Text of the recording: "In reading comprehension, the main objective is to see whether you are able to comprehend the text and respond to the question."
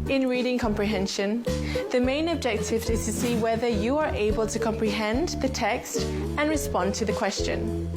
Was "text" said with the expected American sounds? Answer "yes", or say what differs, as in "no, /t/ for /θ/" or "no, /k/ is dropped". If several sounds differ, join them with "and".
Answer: yes